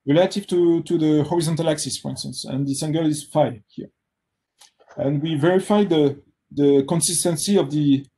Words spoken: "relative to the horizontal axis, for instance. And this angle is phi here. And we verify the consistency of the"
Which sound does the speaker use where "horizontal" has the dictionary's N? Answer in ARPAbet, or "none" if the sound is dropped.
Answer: N